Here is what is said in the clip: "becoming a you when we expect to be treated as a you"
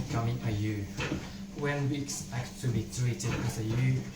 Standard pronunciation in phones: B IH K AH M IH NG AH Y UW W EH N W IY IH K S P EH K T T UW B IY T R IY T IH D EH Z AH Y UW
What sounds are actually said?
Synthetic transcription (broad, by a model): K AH M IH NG AH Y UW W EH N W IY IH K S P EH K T T UW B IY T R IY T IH EH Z AH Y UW